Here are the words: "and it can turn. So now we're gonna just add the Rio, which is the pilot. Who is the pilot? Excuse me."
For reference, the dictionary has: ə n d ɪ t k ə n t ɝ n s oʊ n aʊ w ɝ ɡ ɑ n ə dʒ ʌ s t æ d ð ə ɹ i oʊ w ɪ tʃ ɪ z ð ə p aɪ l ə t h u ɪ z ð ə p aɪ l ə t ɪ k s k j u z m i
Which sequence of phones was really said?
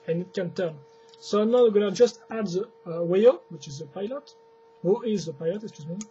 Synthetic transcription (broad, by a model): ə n ɪ t k ə n t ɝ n s oʊ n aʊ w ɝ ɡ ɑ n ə dʒ ʌ s t æ d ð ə w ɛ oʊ w ɪ tʃ ɪ z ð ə p aɪ l ə t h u ɪ z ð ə p aɪ l ə t ɪ k s k j u z m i